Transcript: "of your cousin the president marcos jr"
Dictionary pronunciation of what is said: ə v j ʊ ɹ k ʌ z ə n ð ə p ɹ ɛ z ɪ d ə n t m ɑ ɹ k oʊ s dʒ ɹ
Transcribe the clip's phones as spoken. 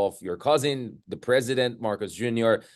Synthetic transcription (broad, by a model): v j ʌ ɹ k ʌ z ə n ð ə p ɹ ɛ z ɪ d ə n t m ɑ ɹ k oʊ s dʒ ɹ